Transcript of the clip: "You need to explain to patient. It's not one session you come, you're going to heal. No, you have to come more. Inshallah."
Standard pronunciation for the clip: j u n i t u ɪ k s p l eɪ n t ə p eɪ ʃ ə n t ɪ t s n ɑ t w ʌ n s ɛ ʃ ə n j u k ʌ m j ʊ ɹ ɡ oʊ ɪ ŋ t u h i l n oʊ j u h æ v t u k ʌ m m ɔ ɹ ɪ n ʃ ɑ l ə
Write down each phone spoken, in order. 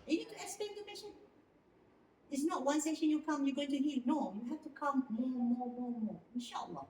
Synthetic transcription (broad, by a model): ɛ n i t u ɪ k s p eɪ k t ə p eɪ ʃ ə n ɪ t s n ɑ t w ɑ n s ɛ ʃ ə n j u k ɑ m j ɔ ɡ oʊ ɪ ŋ t u h i l n oʊ j u h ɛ f t u k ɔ m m ɔ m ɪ n ʃ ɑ l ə